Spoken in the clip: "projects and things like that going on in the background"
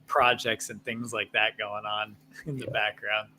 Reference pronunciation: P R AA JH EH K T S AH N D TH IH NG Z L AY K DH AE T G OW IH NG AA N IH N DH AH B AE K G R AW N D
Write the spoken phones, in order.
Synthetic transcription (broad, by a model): P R AA JH EH K T S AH N TH IH NG Z L AY K DH AE T G OW IH NG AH N IH N DH AH B AE K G R AW N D